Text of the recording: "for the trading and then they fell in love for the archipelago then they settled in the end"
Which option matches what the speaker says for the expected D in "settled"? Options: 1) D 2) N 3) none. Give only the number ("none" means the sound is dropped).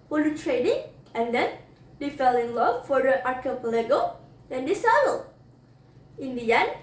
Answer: 3